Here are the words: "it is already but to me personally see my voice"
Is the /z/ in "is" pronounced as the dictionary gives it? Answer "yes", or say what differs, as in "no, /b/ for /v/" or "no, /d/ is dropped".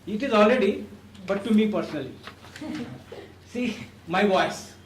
yes